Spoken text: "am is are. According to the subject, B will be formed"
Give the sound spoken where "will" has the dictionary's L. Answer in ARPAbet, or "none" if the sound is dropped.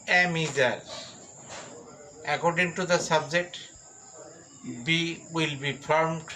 L